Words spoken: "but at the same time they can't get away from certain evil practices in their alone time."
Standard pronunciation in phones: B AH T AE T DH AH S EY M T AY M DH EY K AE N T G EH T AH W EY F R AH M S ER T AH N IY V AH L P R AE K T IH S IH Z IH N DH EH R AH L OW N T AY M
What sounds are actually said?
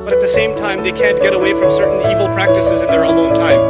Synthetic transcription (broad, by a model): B AH T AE T DH AH S EY M T AY M DH EY K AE N G EH T AH W EY F R AH M S ER T N IY V L P R AE K T IH S IH Z IH N DH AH R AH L OW N T AY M